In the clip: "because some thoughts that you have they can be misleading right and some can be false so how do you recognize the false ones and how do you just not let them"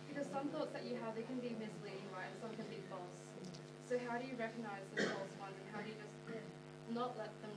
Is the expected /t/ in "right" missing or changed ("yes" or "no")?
yes